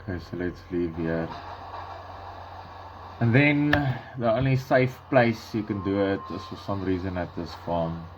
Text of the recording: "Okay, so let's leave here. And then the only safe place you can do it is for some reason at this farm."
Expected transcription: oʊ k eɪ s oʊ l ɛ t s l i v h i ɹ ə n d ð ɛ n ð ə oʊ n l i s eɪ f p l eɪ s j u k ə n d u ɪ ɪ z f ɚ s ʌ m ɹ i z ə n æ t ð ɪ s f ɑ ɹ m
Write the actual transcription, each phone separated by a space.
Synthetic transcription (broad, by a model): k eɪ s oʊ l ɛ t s l i v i ɹ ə n ð ɛ n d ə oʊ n i s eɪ f p l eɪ s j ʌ k ə n d u ɪ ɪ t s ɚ s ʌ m ɹ i z ə n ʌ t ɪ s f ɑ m